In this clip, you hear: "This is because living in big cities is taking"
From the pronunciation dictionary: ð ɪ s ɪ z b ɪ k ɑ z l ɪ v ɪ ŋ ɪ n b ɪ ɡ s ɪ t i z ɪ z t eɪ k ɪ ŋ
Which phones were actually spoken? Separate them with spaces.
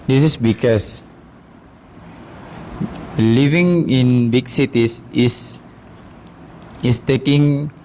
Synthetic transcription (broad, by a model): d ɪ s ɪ s b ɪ k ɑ s l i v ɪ ŋ ɪ n b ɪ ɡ s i t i s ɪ s t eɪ k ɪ ŋ